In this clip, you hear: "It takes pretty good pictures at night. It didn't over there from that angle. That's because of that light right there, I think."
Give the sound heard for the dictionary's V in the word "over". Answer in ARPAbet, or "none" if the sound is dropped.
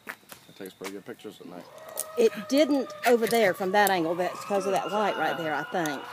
V